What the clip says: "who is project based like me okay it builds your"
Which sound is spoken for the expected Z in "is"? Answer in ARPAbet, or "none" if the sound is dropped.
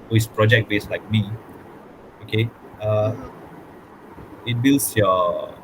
S